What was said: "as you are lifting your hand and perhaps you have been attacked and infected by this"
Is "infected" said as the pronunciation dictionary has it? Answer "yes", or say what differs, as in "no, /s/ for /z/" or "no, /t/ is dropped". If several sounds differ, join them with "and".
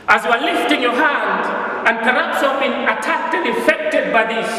no, /n/ is dropped